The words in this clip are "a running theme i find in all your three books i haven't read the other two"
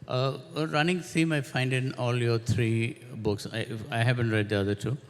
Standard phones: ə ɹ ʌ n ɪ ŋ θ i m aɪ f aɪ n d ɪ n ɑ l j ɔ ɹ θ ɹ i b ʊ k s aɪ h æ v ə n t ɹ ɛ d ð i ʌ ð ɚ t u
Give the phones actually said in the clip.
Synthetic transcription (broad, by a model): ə ɹ ʌ n ɪ ŋ s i m aɪ f aɪ n d ɪ n ɑ l j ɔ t ɹ i b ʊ k s aɪ h æ v ə n t ɹ ɛ d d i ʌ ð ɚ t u